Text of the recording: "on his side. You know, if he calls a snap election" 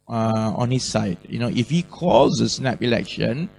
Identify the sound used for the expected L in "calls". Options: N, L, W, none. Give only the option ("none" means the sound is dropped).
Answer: none